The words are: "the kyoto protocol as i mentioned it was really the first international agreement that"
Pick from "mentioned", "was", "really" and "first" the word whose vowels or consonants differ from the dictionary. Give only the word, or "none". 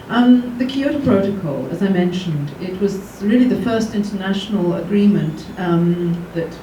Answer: none